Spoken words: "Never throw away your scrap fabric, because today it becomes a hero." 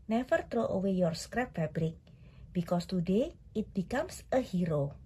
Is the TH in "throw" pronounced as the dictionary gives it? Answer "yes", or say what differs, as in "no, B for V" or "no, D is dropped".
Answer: no, T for TH